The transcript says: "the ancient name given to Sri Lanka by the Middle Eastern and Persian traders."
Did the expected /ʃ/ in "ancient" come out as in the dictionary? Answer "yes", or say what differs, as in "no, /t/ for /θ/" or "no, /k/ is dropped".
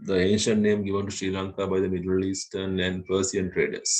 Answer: yes